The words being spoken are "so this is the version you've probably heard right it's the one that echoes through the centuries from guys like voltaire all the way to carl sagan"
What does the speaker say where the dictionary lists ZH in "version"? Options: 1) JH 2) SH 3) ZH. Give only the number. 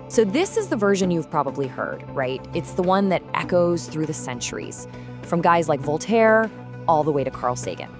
3